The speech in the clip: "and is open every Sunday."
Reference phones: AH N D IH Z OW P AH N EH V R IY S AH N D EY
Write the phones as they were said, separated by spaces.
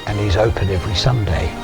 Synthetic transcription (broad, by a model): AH N IH Z OW P AH N EH V R IY S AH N D EY